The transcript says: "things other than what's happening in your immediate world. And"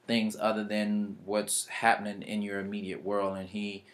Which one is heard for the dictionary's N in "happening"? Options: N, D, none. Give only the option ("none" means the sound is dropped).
N